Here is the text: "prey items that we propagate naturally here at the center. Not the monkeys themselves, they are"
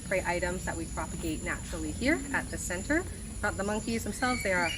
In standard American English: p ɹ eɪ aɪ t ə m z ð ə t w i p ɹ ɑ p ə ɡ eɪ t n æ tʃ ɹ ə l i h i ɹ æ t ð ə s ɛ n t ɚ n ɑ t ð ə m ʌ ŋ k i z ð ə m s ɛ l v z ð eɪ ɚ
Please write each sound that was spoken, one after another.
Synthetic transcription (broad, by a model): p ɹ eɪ aɪ t ə m z ð ə t w i p ɹ ɑ p ə ɡ eɪ t n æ tʃ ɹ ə l i h i ɹ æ t ð ə s ɛ n t ɚ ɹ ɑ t ð ə m ʌ ŋ k i z ð ə m s ɛ l v z ð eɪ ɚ